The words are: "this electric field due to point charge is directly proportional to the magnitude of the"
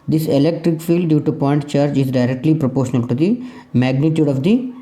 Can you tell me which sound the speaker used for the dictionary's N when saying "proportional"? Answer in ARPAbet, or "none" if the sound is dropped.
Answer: N